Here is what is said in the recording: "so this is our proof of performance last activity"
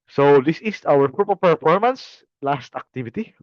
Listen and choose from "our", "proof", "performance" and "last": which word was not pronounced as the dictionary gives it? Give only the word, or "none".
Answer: proof